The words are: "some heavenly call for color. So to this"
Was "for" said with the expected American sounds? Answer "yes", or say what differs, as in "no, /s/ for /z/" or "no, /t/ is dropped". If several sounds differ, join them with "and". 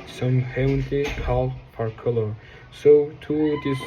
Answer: no, /p/ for /f/